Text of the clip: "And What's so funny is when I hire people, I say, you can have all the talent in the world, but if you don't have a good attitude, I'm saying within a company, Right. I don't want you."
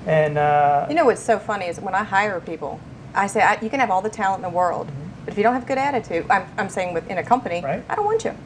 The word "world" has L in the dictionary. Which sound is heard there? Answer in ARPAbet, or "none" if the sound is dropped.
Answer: L